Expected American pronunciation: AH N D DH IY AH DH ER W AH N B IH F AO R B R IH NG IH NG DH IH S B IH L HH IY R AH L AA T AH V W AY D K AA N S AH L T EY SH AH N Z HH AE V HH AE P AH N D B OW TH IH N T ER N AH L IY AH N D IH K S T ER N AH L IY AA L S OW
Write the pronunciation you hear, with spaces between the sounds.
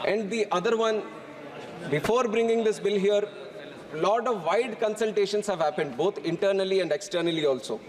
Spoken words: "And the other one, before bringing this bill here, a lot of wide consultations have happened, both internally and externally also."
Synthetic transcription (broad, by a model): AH N D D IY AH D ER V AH N B IH F AO R B R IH NG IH NG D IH S B IH L HH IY R L AA T AH V AY D K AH N S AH L T EY SH AH N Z HH AE V HH AE P AH N D B OW T IH N T ER N AH L IY AH N D IH K S T ER N AH L IY AA L S OW